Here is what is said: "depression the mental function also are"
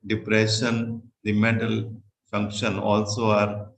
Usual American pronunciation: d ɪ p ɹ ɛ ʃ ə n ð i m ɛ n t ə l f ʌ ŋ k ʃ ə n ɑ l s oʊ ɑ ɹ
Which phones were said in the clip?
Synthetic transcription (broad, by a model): d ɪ p ɹ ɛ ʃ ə n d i m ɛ t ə l f ʌ ŋ k ʃ ə n ɑ l s oʊ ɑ ɹ